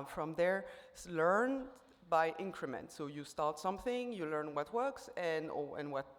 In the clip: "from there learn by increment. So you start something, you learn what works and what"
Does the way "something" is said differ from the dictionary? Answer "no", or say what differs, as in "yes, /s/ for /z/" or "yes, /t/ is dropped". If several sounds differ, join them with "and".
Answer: no